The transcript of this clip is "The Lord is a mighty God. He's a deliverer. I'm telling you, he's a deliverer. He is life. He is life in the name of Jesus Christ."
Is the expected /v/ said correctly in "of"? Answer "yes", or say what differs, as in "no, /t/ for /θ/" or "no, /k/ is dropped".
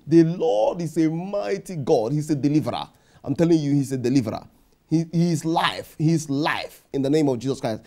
yes